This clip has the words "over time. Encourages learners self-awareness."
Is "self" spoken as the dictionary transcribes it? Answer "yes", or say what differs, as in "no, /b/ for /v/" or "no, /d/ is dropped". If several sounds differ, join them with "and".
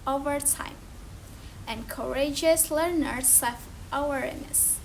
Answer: no, /l/ is dropped